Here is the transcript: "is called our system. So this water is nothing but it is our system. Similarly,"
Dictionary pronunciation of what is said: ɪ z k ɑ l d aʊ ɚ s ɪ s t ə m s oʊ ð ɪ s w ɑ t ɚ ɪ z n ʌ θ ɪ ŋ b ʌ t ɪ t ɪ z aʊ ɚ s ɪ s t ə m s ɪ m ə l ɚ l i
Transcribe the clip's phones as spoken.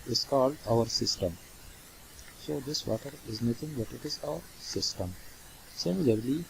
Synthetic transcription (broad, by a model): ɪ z k ɑ l d aʊ ɚ s ɪ s t ə m s oʊ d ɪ s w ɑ t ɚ ɪ z n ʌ t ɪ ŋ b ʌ t ɪ t ɪ z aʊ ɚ s ɪ s t ə m s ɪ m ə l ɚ l i